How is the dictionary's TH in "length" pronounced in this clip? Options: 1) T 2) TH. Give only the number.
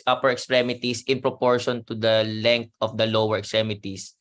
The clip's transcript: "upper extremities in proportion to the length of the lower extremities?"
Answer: 1